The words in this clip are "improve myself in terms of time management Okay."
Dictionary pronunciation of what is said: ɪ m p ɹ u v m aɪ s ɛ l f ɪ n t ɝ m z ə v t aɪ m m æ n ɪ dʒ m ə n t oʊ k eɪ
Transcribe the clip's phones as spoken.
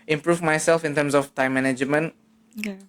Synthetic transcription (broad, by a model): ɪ m p ɹ u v m aɪ s ɛ l f ɪ n t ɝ m s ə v t aɪ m m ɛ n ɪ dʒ m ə n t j